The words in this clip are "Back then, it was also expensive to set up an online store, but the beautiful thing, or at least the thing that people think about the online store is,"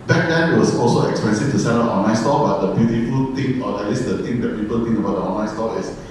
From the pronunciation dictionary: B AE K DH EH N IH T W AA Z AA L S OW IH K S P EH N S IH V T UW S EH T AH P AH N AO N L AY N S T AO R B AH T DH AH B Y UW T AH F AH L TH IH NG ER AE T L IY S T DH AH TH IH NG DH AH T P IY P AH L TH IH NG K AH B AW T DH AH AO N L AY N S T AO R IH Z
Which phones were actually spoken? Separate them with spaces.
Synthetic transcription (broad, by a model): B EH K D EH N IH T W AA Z AA L S OW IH K S P EH N S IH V T UW S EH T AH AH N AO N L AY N S T AO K B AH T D AH B Y UW T AH F AH L T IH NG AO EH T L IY S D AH T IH NG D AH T P IY P AH L T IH NG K AH B AW T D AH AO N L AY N S T AO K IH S